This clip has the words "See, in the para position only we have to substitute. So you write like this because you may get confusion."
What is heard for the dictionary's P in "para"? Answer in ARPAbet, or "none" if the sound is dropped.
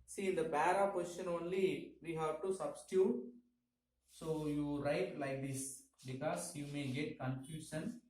B